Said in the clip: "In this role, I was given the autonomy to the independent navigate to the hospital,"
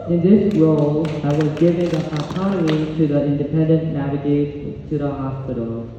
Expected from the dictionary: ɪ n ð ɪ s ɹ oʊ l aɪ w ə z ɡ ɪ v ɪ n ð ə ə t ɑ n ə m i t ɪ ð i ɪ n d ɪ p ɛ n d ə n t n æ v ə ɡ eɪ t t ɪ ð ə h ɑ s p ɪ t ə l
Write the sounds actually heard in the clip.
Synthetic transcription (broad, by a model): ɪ n ð ɪ s ɹ oʊ l aɪ w ə z ɡ ɪ v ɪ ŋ ð ə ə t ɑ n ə m i t ɪ ð i ɪ n d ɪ p ɛ n d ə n n æ v ə ɡ eɪ t t ɪ ð ə h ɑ s p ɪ t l